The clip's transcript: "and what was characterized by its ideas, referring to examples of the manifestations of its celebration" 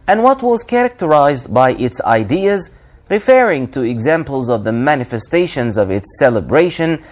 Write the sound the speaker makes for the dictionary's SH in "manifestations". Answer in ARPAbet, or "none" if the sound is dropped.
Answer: SH